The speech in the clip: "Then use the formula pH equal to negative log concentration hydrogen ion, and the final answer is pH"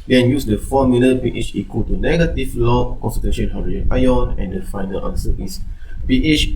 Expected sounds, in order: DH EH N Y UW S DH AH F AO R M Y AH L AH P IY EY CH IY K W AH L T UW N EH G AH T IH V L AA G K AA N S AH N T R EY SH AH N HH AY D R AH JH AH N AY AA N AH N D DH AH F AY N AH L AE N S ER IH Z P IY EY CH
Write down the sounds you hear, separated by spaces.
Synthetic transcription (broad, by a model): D EH N Y UW S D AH F AO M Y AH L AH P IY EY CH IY K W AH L T UW N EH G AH T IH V L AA K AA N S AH T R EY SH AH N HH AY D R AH AH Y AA N AH N D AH F AY N AH L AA N S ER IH S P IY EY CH